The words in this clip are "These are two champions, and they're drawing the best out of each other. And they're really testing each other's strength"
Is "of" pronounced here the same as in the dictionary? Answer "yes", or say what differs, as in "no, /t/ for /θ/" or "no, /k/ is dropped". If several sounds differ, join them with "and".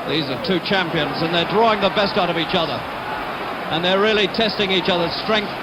yes